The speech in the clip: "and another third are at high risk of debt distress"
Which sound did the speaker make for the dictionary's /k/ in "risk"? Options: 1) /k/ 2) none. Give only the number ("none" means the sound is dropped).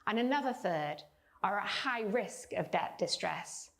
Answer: 1